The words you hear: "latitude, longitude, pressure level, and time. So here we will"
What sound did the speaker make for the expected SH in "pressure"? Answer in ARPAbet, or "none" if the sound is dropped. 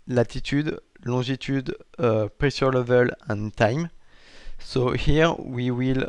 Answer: S